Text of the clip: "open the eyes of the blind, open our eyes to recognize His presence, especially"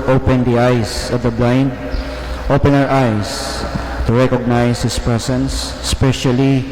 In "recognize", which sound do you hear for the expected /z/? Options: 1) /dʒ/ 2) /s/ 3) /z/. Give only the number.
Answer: 2